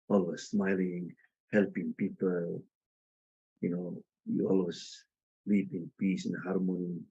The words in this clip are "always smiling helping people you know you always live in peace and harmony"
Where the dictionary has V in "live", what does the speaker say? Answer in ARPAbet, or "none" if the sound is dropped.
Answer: P